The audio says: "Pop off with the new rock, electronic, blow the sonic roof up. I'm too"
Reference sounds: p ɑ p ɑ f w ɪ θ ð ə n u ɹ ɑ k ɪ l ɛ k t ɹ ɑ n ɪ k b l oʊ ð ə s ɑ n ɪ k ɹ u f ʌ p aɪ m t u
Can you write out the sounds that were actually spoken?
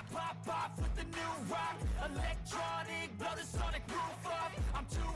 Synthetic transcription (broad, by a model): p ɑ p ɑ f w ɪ ð ə n u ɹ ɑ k ɪ l ɛ k t ɹ ɑ n ɪ k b oʊ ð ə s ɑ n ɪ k ɹ u f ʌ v aɪ m t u